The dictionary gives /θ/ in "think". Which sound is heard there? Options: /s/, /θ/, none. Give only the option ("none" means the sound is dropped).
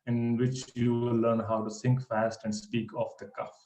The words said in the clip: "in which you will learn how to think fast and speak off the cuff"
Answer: /s/